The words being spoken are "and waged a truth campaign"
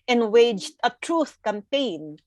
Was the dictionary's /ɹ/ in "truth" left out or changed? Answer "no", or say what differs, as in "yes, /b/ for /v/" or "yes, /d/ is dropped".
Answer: no